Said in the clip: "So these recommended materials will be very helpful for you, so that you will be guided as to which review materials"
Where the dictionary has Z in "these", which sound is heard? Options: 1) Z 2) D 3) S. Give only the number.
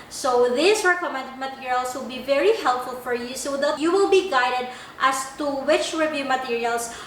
3